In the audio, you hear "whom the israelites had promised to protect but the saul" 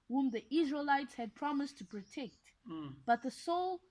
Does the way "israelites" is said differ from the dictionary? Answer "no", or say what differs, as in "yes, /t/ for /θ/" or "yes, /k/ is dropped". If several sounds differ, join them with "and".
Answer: no